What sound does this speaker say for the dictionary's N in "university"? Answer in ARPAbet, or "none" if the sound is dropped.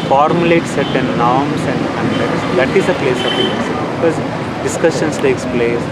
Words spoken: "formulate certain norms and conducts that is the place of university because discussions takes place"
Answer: none